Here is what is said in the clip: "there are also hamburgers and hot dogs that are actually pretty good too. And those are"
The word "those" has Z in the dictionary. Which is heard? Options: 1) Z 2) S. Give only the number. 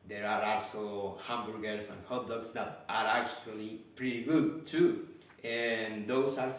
2